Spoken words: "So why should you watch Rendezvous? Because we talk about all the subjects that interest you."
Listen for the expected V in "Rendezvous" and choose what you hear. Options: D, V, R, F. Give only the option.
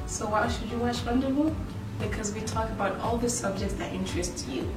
F